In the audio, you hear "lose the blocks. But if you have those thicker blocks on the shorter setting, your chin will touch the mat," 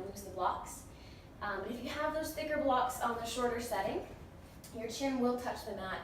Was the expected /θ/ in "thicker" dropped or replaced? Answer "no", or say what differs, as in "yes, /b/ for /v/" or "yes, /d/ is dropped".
no